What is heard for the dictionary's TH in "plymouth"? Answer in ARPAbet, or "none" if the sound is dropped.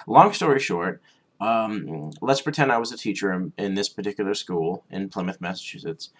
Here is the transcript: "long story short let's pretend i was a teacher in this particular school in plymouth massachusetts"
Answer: TH